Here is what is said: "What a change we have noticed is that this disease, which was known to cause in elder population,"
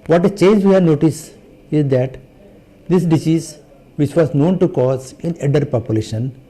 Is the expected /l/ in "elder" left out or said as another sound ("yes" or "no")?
yes